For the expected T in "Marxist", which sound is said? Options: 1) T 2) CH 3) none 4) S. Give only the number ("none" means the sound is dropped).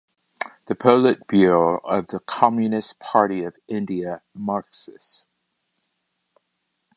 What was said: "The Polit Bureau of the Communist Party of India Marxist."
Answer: 3